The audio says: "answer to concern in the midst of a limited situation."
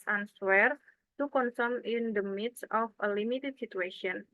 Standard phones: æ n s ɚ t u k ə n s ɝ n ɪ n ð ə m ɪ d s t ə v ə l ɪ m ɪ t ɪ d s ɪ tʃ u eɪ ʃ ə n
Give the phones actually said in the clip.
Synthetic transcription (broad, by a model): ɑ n s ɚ t u k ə n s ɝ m ɪ n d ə m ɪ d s ə f ə l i m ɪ t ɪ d s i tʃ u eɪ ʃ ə n